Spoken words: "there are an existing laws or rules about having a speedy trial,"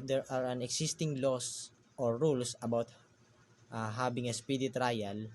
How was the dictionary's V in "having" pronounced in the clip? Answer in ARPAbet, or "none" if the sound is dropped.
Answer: B